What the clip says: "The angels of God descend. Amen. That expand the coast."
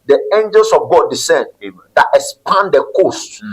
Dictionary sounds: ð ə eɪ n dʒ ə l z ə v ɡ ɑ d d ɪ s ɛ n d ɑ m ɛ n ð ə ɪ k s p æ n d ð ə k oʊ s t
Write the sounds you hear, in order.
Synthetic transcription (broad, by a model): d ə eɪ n dʒ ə l s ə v ɡ ɑ d d ɪ s ɛ n d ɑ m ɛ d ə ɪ s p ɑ n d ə k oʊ s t